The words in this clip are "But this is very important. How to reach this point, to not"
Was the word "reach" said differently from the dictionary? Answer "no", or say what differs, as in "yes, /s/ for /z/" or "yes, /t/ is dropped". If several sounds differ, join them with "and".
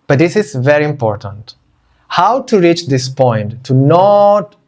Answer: no